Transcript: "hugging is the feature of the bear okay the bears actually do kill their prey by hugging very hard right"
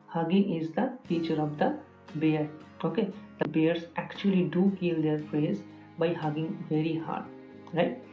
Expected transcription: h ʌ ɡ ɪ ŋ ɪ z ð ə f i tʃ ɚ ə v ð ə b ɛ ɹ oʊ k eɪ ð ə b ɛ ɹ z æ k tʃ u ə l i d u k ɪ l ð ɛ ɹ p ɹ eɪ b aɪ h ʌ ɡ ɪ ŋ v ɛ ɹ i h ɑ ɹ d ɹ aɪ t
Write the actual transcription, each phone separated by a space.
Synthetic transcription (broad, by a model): h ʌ ɡ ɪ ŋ ɪ z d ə f i tʃ ɚ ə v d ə b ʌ ɹ oʊ k eɪ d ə b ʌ ɹ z æ k tʃ u ə l i d u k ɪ l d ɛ ɹ f ɹ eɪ b aɪ h ʌ ɡ ɪ ŋ v ɛ ɹ i h ɑ ɹ d ɹ aɪ t